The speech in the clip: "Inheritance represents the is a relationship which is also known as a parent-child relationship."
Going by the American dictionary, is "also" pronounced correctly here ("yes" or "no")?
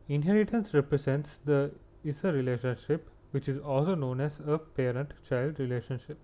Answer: yes